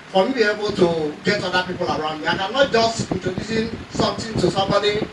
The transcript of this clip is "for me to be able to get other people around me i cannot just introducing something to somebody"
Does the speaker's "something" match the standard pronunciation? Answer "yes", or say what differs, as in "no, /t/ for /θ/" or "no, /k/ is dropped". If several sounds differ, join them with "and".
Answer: no, /t/ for /θ/